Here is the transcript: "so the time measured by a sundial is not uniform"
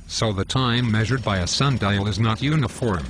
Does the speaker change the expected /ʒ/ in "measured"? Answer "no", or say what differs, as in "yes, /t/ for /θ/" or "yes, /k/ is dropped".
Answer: no